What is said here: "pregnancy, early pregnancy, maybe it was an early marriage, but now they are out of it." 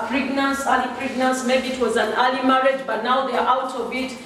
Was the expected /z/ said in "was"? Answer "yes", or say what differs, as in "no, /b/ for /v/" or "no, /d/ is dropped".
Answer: yes